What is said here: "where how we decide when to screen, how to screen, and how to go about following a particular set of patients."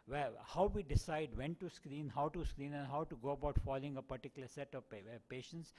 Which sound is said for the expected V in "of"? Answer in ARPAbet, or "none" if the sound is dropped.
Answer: P